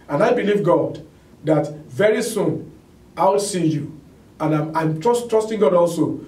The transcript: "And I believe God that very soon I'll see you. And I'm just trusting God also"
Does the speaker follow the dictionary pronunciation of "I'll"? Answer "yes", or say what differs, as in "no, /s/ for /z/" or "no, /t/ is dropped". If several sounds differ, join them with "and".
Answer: no, /w/ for /l/